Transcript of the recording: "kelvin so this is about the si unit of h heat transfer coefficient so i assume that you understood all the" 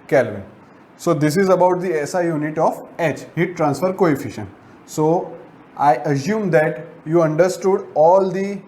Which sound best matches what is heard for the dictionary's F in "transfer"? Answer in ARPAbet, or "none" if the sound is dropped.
F